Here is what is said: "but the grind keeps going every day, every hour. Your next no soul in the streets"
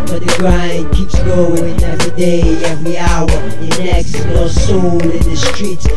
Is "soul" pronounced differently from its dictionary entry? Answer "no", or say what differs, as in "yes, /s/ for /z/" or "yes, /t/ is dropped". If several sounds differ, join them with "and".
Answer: yes, /n/ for /l/